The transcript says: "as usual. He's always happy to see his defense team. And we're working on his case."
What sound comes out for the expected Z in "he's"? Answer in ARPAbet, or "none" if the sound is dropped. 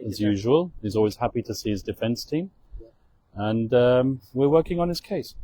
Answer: Z